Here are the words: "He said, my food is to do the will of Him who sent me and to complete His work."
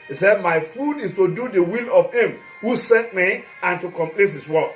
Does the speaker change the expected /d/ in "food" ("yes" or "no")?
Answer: no